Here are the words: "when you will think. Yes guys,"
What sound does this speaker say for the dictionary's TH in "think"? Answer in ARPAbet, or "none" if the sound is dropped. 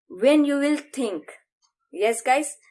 T